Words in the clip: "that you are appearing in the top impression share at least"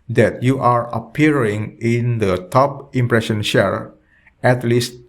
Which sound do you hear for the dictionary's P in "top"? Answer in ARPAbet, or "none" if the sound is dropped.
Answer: P